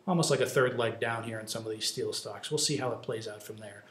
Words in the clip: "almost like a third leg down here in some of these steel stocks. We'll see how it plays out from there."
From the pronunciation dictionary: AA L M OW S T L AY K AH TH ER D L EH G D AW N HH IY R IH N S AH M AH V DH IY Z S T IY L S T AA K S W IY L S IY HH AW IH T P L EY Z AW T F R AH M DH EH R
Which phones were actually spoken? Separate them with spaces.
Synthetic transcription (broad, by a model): AA L M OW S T L AY K AH TH ER D L EH G D AW N HH IY R IH N S AH M AH V DH IY Z S T IY L S T AA K S W IY L S IY HH AW IH T P L EY Z AW T F R AH M DH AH R